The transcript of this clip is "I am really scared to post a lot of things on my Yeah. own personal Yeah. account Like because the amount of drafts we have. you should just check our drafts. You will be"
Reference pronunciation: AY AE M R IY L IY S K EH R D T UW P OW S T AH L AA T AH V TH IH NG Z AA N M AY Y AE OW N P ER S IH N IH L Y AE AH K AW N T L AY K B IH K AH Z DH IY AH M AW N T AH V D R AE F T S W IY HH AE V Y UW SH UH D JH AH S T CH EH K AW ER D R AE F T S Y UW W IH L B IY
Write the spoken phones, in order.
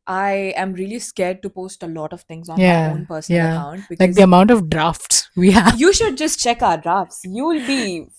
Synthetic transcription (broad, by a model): AY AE M R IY L IY S K EH R D T UW P OW S T AH L AA T AH V T IH NG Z AA N Y AE OW N P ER S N Y AE AH K AW N T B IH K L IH AH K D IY AH M AW N T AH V D R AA F T S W IY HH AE Y UW SH UH D JH AH S T CH EH K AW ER D R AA F T S Y UW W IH L B IY